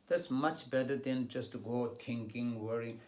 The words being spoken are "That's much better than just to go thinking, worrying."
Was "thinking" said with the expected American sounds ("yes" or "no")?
no